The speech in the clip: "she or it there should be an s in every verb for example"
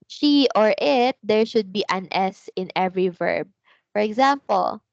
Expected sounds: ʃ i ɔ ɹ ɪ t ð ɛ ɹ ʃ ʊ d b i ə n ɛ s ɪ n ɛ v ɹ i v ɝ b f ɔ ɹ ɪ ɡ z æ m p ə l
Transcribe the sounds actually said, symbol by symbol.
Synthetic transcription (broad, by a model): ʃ i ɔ ɹ ɪ t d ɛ ɹ ʃ ʊ d b i ə n ɛ s ɪ n ɛ v ɹ i v ɝ b f ɔ ɹ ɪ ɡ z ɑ m p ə l